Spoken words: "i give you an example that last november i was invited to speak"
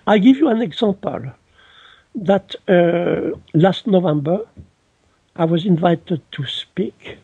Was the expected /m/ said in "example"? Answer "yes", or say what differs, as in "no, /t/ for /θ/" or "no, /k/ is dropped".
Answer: no, /m/ is dropped